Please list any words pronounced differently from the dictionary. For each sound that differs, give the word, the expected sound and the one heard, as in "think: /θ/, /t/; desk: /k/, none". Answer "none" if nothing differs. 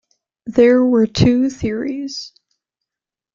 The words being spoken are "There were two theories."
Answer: none